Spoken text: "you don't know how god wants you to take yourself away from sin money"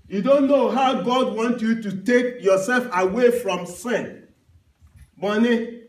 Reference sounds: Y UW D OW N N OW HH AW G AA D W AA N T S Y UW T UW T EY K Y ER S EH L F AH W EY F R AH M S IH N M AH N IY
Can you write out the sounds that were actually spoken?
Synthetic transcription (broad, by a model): Y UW D OW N N OW HH AW G AA D W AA N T Y UW T UW T EY K Y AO S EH L F AH W EY F R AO M S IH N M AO N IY